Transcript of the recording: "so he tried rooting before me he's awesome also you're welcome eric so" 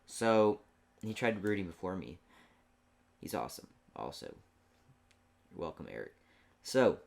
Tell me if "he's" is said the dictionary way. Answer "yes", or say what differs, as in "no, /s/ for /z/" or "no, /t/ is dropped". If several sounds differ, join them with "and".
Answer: yes